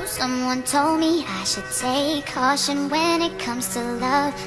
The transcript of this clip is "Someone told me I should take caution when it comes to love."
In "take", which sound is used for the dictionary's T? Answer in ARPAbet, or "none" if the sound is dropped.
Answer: S